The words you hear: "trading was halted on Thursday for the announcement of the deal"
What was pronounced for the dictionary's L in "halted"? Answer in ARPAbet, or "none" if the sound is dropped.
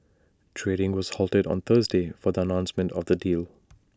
L